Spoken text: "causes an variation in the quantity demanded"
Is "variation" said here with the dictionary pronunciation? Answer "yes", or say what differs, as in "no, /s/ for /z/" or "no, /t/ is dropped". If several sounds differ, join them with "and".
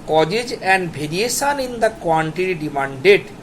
no, /b/ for /v/